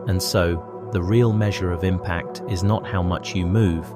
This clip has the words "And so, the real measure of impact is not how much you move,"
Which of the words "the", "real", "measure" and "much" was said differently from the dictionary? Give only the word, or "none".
none